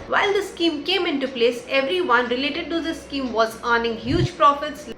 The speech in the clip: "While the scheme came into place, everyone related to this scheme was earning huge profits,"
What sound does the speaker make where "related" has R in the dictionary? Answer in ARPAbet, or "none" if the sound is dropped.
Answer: R